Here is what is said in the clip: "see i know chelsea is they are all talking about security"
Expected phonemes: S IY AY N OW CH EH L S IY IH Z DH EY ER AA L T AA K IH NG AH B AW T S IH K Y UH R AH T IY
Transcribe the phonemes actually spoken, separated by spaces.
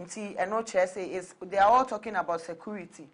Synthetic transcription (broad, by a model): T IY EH N OW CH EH S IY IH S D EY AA AA L T AA K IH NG AH B AW T S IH K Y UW R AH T IY